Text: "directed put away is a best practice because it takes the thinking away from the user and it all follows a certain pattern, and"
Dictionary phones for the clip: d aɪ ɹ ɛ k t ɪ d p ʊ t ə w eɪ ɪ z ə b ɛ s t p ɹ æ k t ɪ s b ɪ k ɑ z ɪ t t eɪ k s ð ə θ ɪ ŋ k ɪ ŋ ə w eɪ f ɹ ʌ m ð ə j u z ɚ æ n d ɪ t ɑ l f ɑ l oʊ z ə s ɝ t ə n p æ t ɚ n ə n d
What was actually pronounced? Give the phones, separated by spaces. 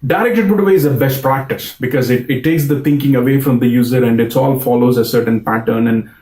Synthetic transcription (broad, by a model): d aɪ ɹ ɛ k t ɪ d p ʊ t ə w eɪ ɪ z ə b ɛ s t p ɹ æ k t ɪ s b ɪ k ɑ z ɪ t t eɪ k s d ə t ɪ ŋ k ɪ ŋ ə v eɪ f ɹ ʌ m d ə j u z ɚ æ n d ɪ t ɑ l f ɑ l oʊ z ə s ɝ t ə n p æ t ɚ n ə n d